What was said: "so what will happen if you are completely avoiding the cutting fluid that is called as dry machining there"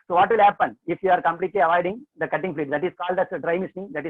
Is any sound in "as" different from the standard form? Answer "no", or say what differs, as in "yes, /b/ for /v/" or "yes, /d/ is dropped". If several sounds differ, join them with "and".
yes, /s/ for /z/